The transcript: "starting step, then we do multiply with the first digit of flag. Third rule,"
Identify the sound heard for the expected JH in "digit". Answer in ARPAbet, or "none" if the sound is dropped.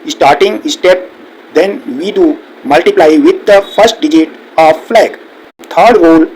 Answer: JH